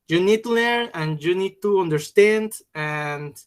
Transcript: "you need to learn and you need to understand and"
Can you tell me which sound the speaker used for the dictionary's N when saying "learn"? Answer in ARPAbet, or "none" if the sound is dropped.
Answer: none